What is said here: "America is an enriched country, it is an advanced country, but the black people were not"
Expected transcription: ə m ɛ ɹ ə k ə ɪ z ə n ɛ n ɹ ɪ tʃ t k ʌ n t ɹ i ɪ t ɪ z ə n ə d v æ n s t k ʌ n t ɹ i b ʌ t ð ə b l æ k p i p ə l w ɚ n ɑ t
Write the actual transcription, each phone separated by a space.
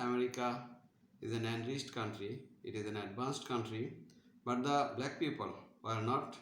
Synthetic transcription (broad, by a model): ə m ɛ ɹ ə k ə ɪ z ə n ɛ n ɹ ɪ s t k ʌ n t ɹ i ɪ t ɪ z ə n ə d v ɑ n s t k ʌ n t ɹ i b ʌ t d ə b l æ k p i p ə l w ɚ n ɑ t